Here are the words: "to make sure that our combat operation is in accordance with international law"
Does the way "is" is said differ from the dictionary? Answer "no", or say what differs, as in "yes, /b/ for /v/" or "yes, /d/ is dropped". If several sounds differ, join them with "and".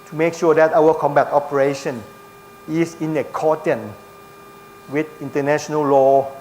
yes, /s/ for /z/